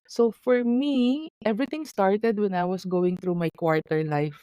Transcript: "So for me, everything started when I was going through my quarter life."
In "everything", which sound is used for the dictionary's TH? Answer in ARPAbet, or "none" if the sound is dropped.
T